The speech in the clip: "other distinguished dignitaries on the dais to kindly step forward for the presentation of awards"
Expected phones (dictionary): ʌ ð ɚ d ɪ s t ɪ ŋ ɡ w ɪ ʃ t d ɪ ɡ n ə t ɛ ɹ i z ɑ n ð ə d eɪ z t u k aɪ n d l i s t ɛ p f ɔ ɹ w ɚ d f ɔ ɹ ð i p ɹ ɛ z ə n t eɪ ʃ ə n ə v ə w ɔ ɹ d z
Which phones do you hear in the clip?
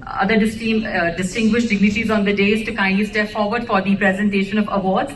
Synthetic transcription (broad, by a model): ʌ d ɚ d ɪ s t ɪ ŋ ɡ w ɪ ʃ t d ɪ ɡ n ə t i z ɑ n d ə d eɪ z t u k aɪ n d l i s t ɛ p f ɔ ɹ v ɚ d f ɔ ɹ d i p ɹ ɛ z ə n t eɪ ʃ ə n ə v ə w ɔ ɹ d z